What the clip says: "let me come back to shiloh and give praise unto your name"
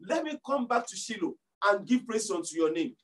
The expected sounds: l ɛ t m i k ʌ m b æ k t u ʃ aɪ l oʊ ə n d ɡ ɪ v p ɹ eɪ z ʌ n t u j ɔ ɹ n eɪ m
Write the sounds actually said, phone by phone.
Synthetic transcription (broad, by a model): l ɛ t m i k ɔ m b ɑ k t u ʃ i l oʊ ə n ɡ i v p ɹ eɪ s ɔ n t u j ɔ n eɪ m